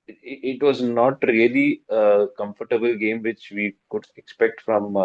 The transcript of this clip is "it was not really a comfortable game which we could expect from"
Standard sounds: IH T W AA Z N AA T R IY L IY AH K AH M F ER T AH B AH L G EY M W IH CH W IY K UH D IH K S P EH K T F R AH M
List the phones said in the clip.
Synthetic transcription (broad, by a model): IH T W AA Z N AA T R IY L IY AH K AH M F ER T AH B AH L G EY M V IH CH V IY K UH D IH K S P EH K T F R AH M